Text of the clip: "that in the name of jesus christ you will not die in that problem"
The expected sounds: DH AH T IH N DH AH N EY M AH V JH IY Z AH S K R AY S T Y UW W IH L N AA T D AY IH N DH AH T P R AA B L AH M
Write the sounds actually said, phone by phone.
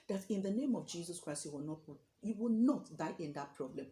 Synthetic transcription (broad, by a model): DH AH T IH N DH AH N EY M AH V JH IY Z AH S K R AY S T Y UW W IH W N AA T D AY IH N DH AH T P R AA B L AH M